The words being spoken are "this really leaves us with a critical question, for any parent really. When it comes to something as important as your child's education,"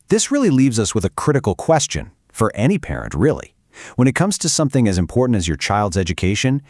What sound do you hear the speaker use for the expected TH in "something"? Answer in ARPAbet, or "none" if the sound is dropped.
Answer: TH